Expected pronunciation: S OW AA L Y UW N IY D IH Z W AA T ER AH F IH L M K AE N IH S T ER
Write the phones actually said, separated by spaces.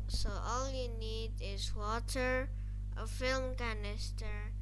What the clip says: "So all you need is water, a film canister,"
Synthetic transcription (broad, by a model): S OW AA L Y UW N IY D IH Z W AA T ER AH F IH L M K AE N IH S T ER